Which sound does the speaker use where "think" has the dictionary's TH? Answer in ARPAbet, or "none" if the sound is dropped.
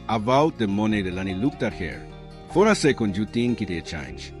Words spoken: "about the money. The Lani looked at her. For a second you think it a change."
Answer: T